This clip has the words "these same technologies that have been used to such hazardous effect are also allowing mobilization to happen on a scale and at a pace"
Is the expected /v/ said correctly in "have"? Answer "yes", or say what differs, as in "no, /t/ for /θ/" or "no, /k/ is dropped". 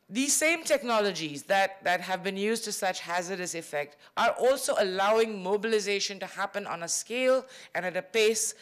yes